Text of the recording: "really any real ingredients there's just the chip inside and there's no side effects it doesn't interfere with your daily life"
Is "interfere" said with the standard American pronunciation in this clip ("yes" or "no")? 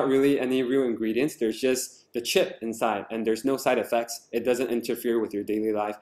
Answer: yes